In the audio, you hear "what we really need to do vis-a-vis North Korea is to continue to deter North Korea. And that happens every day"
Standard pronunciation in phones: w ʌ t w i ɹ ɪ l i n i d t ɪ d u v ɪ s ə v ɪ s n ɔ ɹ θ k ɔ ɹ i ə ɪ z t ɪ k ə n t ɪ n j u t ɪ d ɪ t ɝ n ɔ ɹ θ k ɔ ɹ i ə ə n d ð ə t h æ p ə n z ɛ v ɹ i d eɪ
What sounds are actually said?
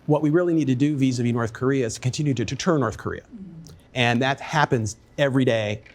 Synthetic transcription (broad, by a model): w ʌ t w i ɹ ɪ l i n i d t ɪ d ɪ v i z ə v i n ɔ ɹ θ k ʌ ɹ i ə ɪ z t ɪ k ə n t ɪ n j u t ɪ d ɪ t ɝ n ɔ ɹ θ k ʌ ɹ i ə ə n ð ə t h æ p ə n z ɛ v ɹ i d eɪ